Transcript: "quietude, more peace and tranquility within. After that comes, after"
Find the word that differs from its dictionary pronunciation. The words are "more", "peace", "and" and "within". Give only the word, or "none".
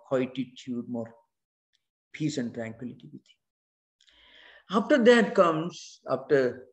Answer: within